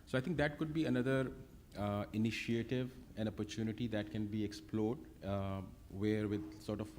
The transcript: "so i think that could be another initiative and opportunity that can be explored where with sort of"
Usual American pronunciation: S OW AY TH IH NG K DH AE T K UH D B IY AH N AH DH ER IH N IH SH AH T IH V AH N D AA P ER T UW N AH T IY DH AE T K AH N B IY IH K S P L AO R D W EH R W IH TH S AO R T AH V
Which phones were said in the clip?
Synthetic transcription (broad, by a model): S OW AY T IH NG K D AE T K UH D B IY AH N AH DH ER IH N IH SH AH T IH V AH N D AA P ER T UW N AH T IY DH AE T K AH N B IY IH K S P L AO R D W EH R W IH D S AO R T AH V